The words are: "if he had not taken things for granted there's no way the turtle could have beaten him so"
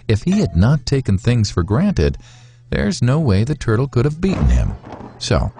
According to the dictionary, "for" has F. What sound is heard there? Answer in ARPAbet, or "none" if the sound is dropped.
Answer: F